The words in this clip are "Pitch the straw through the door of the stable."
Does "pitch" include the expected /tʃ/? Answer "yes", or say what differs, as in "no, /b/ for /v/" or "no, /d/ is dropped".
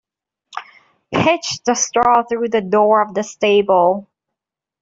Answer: yes